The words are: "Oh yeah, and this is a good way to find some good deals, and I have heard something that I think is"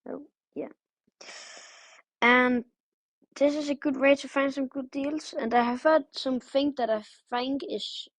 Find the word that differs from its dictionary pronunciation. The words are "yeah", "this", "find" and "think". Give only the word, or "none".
think